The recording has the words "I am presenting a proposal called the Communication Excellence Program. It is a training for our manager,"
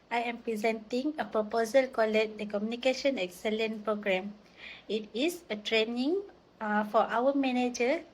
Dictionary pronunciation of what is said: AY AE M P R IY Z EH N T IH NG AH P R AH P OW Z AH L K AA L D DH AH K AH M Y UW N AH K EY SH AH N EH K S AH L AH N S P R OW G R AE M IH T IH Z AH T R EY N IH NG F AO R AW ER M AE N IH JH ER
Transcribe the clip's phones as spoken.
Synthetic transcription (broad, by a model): AY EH M P R IY Z EH N T IH NG AH P R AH P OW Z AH L K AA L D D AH K AH M Y UW N AH K EY SH AH N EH K S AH L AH N P R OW G R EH M IH T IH S AH T R EY N IH NG F AO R AW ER M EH N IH JH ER